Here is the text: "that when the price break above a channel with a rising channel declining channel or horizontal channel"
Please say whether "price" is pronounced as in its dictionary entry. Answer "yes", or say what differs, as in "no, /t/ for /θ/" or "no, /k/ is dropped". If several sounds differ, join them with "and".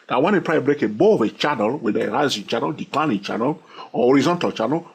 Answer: no, /s/ is dropped